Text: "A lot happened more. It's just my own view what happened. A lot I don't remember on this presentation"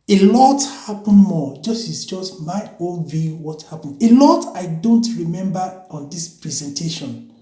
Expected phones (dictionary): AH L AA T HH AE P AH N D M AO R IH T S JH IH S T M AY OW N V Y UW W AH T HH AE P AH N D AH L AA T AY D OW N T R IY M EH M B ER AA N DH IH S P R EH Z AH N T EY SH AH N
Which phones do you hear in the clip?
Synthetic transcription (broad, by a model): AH L AA T HH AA P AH N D M AO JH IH S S JH IH S T M AY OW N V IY W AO T HH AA P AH N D AH L AA T AY D OW N T R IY M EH M B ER AA N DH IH S P R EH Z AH N T EY SH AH N